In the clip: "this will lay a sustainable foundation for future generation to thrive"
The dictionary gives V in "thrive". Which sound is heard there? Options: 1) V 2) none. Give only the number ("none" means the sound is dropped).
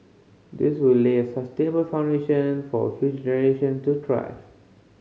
2